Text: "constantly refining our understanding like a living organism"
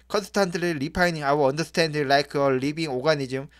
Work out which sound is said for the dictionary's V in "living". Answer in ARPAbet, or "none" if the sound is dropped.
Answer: B